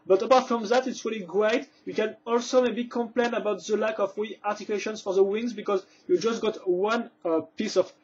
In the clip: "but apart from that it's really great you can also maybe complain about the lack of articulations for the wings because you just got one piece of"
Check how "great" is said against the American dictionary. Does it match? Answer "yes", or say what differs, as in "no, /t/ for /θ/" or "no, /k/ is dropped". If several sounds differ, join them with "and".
yes